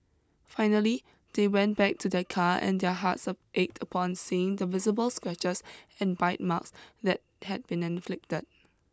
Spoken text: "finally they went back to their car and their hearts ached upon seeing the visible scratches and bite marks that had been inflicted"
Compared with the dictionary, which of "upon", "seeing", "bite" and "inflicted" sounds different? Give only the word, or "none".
none